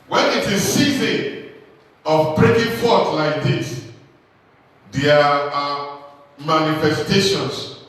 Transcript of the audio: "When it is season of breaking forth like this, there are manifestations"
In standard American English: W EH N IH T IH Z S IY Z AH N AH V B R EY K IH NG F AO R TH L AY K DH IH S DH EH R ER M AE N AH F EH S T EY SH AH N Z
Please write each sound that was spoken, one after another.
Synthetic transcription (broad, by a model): W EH N IH T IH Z S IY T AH AH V B R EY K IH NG F AO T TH L AY K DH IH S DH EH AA M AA N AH F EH S T EY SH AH N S